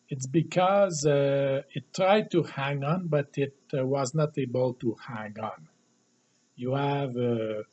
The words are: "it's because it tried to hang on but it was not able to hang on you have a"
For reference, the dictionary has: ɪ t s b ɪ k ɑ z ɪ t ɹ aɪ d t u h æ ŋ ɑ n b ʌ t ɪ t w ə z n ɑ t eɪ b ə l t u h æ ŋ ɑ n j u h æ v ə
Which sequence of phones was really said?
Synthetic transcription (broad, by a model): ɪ t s b ɪ k ɑ z ɪ t ɹ aɪ d t u h æ ŋ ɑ n b ʌ t ɪ t w ə z n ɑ t eɪ b ə l t u h æ ŋ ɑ n j u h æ v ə